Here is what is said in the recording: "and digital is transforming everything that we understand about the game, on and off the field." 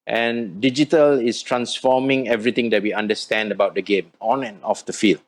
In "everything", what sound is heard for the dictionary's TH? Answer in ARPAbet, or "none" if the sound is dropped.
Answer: T